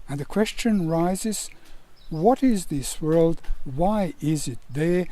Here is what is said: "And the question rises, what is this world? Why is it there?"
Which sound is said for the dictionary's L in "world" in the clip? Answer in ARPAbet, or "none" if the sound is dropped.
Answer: L